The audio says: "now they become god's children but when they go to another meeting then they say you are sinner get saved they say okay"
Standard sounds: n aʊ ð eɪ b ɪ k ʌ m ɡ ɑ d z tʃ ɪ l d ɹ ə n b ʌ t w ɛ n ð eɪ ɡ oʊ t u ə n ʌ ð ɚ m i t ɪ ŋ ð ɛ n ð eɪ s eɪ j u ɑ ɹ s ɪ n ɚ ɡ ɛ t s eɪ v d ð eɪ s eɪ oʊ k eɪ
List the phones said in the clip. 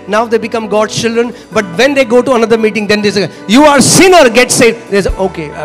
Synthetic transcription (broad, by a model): n aʊ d eɪ b ɪ k ʌ m ɡ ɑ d tʃ ɪ l d ɹ ə n b ʌ t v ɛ n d eɪ ɡ oʊ t u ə n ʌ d ɚ m i t ɪ ŋ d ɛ n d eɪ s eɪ j u ɑ ɹ s ɪ n ɚ ɡ ɛ t s eɪ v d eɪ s oʊ k eɪ